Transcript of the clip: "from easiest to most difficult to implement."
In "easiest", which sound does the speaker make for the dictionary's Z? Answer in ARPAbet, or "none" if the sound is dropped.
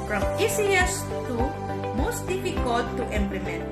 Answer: S